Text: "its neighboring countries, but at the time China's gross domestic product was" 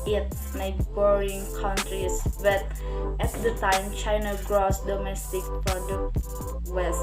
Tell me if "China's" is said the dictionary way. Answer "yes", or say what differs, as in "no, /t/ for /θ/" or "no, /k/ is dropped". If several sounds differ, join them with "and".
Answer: no, /z/ is dropped